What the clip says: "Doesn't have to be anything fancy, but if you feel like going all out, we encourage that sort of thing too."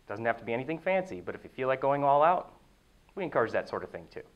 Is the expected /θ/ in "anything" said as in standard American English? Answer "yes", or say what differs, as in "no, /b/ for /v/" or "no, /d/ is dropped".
yes